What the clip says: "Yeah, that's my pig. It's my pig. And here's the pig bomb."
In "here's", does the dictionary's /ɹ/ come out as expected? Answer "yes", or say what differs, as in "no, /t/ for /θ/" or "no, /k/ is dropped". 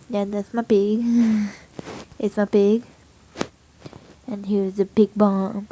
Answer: no, /w/ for /ɹ/